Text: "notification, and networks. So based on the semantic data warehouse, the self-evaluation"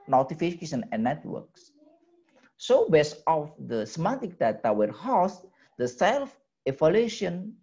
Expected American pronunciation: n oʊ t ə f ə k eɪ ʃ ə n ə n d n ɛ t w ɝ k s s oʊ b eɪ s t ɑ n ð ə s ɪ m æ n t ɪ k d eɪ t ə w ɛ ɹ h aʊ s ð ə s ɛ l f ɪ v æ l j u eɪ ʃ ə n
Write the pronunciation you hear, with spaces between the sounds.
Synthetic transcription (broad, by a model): n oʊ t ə f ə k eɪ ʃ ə n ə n n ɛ t w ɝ k s s oʊ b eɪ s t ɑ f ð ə s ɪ m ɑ t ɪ k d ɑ t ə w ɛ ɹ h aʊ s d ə s ɛ l f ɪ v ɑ l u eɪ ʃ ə n